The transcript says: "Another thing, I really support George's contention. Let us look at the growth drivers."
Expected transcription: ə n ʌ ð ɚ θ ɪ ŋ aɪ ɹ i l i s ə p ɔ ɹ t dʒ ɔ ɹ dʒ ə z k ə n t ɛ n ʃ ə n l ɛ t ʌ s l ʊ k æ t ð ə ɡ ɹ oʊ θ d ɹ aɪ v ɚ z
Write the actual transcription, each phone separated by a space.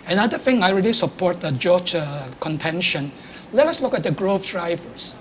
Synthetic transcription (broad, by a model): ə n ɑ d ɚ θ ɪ ŋ aɪ ɹ i l i s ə p ɔ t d dʒ ɔ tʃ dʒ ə k ə n t ɛ n ʃ ə n l ɛ t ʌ s l ʊ k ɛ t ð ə ɡ ɹ oʊ f d ɹ aɪ v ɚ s